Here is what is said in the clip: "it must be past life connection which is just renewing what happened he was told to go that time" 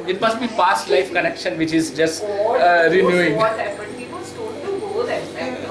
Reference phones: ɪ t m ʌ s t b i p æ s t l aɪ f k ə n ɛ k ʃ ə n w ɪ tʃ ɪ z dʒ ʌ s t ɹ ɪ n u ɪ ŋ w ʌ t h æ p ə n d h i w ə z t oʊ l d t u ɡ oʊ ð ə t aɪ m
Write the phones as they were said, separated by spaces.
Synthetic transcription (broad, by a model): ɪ t m ʌ s t b i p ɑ s t l aɪ f k ə n ɛ k ʃ ə n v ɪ tʃ ɪ z dʒ ʌ s t ɹ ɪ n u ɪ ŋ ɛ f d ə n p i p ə s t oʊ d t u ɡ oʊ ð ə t